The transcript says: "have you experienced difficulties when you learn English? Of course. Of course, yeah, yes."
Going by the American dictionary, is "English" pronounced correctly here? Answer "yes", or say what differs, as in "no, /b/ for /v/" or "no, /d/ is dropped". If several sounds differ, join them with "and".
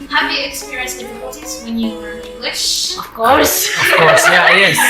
yes